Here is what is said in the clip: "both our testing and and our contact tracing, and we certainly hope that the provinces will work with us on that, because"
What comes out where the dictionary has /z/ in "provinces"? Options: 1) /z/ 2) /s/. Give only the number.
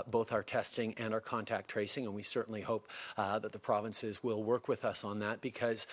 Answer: 1